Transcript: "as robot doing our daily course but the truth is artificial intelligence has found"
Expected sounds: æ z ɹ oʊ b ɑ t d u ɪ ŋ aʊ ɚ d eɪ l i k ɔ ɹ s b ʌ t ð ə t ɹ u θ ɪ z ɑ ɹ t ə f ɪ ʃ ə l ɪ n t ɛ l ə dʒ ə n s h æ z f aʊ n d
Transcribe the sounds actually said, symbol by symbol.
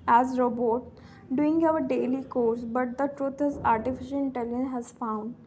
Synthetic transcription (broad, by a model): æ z ɹ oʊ b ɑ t d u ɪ ŋ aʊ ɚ d eɪ l i k ɔ ɹ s b ʌ t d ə t ɹ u t ɪ z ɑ ɹ t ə f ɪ ʃ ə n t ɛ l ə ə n h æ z f aʊ n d